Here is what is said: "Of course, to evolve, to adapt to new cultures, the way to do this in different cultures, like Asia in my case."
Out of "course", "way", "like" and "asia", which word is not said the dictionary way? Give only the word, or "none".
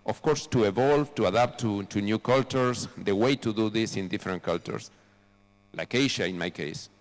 asia